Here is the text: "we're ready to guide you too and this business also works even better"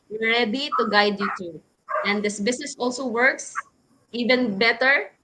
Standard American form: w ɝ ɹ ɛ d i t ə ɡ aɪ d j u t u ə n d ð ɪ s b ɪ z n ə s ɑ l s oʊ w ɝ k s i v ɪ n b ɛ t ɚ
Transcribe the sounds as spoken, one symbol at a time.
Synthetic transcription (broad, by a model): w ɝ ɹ ɛ d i t ə ɡ aɪ d j u t u ə n d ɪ s b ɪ s n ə s ɑ l s oʊ w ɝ k s i v ɪ n b ɛ t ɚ